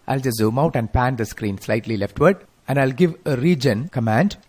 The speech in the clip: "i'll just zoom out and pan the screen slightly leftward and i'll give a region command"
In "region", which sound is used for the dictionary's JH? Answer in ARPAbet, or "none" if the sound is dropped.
JH